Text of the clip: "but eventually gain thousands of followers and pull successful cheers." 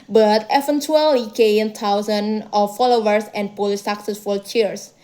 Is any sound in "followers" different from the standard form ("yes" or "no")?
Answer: yes